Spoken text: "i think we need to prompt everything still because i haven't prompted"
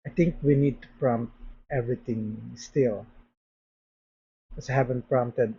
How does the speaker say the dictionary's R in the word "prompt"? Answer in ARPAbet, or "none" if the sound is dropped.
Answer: R